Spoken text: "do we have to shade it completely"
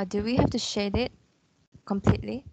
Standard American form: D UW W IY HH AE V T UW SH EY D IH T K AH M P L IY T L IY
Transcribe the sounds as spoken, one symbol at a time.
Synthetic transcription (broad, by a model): D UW W IY HH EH F T UW SH EY D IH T K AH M P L IY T L IY